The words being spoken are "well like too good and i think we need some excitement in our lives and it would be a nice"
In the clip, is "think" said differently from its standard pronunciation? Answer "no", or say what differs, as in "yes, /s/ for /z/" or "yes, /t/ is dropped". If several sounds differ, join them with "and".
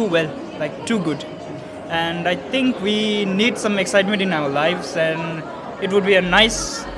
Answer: yes, /t/ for /θ/